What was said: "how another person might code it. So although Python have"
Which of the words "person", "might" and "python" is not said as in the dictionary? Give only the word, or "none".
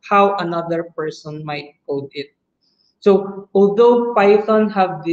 python